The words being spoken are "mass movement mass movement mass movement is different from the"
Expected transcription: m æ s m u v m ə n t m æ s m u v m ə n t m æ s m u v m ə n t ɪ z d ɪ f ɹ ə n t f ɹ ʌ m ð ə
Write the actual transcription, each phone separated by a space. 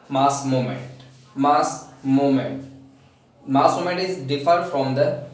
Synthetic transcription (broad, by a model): m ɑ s m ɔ m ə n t m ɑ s m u m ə n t m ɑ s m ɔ m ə n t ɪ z d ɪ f ə t f ɹ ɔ m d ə